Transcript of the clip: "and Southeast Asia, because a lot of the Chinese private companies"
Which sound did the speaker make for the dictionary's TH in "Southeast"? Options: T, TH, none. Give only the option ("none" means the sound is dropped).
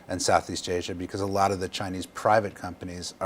TH